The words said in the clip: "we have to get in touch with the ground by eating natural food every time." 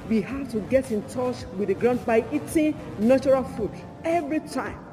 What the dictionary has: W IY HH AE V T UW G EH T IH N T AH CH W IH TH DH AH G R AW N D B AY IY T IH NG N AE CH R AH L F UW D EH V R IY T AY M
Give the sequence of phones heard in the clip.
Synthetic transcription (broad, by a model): W IY HH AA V T UW G EH T IH N T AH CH W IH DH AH G R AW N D B AY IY T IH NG N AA CH R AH L F UW D EH V R IY T AY M